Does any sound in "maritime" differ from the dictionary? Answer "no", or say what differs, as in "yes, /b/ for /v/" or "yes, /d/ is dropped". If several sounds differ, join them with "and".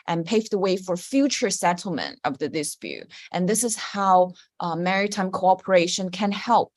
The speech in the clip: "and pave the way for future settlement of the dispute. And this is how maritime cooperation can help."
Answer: no